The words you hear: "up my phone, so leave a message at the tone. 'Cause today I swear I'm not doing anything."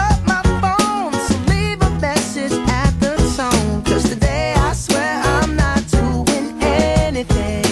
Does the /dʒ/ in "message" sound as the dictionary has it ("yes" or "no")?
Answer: no